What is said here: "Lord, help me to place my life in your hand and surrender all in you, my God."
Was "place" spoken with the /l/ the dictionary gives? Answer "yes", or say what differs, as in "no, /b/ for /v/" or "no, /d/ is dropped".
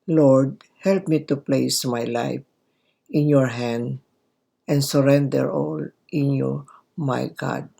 yes